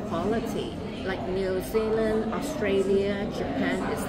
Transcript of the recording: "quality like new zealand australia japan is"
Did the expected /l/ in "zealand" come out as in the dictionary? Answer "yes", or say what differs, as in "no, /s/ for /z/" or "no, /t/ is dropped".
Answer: yes